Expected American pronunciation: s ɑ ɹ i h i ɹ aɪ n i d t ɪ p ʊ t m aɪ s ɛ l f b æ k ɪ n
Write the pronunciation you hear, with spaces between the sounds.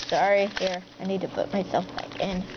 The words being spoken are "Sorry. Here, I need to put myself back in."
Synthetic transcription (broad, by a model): s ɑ ɹ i h i ɹ aɪ n i d t ɪ p ʊ t m aɪ s ɛ l f b æ k ɪ n